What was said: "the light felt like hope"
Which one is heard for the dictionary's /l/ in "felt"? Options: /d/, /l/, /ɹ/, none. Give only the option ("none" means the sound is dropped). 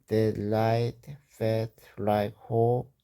none